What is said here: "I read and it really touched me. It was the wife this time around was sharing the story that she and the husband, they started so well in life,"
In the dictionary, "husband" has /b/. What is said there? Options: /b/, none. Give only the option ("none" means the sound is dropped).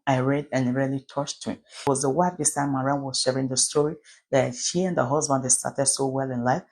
/b/